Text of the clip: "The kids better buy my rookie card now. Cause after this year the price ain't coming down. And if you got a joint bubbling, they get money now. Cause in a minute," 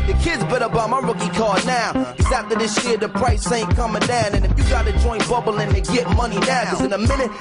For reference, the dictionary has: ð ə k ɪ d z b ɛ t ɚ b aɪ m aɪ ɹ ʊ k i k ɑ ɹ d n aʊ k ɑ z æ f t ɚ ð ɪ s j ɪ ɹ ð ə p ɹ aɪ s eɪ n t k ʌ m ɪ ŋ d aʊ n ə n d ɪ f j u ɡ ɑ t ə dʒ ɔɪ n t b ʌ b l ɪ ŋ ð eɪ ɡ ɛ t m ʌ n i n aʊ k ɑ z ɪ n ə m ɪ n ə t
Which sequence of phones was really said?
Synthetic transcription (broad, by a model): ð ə k ɪ d z b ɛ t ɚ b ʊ m aɪ ɹ ʊ k i k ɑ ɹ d n aʊ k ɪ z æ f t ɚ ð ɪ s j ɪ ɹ ð ə p ɹ aɪ s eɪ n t k ʌ m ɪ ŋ d aʊ n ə n ɪ f j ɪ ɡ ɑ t ə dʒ ɔɪ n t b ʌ b l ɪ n ð eɪ ɡ ɛ t m ʌ n i n aʊ k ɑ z ɪ n ə m ɪ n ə t